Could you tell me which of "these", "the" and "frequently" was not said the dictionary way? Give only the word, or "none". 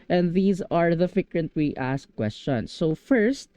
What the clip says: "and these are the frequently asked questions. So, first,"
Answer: frequently